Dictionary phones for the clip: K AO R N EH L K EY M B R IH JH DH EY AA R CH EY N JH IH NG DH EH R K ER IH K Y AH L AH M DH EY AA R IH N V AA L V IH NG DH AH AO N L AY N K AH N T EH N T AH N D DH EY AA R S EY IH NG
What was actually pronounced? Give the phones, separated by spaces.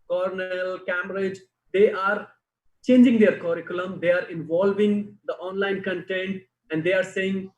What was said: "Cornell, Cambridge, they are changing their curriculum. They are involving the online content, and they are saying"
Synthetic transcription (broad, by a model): K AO R N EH L K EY M R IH JH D EY AA R CH EY N JH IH NG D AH R K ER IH K Y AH L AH M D EY AA R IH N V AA L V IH NG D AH AO N L AY N K AH N T EH N T AH N D EY AA R S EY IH NG